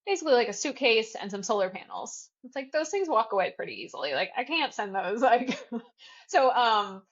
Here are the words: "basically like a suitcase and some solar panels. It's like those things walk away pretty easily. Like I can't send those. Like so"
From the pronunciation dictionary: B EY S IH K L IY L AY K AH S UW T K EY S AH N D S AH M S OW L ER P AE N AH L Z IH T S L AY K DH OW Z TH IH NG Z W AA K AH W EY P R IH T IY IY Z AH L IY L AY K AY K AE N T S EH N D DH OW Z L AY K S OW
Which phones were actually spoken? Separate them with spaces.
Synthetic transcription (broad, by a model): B EY S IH K L IY L AY K AH S UW K EY S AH N S AH M S OW L ER P AE N L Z IH T S L AY K DH OW Z TH IH NG Z W AA K AH W EY P R IH T IY IY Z L IY L AY K AY K AE N T S EH N DH OW Z L AY K S OW